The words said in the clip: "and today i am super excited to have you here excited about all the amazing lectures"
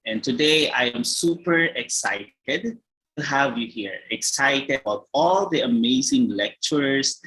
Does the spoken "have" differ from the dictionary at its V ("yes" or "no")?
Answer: no